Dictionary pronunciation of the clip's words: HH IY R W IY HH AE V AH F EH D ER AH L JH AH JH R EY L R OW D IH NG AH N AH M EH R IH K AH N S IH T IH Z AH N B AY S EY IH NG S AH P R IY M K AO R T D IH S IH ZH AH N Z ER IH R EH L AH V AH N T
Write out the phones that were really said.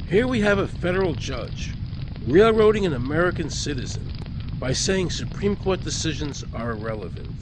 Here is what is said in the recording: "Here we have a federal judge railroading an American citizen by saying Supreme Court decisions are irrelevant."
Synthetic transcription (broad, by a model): HH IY R W IY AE V AH F EH D ER L JH AH JH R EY L R OW D IH NG AH N AH M EH R IH K AH N S IH T IH Z AH N B AY S EY IH NG S AH P R IY M K AO R T D IH S IH ZH AH N Z ER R EH L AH V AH N T